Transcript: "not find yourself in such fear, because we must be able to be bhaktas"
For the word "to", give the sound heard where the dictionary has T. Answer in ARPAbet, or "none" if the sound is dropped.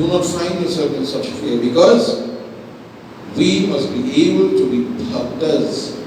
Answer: T